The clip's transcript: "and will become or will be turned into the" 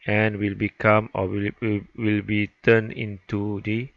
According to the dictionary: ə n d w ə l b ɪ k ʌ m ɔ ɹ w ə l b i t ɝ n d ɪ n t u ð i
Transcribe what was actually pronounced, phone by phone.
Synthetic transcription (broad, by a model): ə n w ə l b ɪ k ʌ m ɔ w w ə l b i t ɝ n ɪ n t u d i